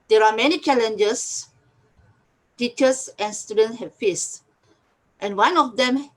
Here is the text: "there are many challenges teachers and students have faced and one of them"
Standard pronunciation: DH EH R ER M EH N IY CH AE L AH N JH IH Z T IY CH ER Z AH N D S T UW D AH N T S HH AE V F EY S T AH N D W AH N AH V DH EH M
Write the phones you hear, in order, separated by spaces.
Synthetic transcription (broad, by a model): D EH R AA M EH N IY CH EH L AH N JH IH S T IY CH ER S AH N S T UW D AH N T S HH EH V F EY S T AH N W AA N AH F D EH M